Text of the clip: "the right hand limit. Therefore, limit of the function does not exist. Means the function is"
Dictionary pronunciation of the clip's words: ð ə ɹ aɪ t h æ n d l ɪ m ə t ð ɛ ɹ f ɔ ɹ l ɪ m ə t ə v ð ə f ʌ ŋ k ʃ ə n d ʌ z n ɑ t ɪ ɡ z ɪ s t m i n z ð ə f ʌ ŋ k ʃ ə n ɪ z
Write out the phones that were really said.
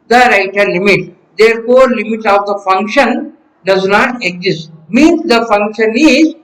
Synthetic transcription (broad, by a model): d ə ɹ aɪ t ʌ d l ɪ m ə t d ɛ ɹ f ɔ ɹ l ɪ m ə t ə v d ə f ʌ ŋ k ʃ ə n d ʌ z n ɑ t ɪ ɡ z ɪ s t m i n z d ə f ʌ ŋ k ʃ ə n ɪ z